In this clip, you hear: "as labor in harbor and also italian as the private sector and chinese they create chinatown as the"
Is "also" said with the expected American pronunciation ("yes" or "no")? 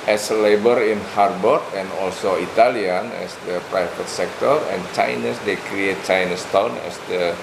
yes